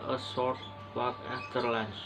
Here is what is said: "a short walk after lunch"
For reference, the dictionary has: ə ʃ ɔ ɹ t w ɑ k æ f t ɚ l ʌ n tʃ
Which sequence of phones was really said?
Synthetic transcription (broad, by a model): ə s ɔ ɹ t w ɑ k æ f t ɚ l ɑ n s